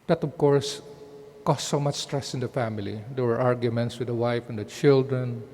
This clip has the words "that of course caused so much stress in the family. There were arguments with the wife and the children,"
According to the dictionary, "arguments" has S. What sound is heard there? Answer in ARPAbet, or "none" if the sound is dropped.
S